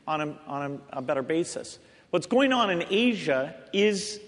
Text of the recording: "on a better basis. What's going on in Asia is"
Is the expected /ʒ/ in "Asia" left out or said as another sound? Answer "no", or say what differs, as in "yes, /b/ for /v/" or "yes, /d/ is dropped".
no